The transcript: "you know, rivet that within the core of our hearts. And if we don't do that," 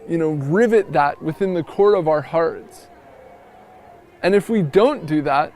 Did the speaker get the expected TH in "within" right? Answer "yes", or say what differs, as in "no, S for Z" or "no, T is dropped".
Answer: yes